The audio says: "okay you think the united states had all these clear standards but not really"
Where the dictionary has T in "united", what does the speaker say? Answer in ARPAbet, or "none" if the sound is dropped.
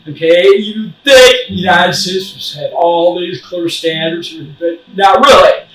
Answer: S